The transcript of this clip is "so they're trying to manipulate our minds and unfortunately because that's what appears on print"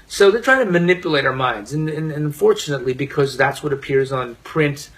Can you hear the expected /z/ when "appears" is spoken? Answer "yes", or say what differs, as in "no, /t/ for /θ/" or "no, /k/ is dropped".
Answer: yes